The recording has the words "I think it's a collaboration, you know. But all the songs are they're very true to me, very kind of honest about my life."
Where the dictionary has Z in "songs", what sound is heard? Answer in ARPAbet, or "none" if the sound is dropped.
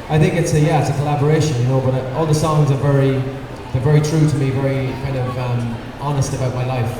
Z